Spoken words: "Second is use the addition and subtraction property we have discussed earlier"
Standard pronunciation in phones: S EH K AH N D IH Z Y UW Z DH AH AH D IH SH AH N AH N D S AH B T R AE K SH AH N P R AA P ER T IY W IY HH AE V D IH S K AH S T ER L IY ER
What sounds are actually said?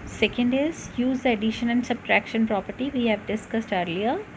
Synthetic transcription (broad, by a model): S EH K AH N D IH Z Y UW Z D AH AH D IH SH AH N AH N D S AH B T R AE K SH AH N P R AA P ER T IY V IY HH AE V D IH S K AH S T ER L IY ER